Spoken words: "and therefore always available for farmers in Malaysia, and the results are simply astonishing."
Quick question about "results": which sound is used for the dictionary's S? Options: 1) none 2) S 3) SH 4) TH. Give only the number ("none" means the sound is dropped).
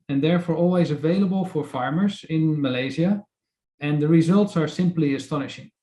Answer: 2